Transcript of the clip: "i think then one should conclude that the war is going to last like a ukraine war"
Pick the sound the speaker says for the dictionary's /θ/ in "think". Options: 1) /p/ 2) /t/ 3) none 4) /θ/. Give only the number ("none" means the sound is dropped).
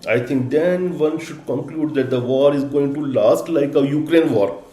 2